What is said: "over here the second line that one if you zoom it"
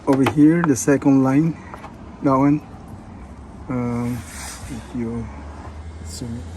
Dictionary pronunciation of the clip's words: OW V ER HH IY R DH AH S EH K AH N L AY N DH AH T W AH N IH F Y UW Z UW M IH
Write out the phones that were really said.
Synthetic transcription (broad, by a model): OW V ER HH IY R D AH S EH K AH N L AY N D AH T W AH N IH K Y UW S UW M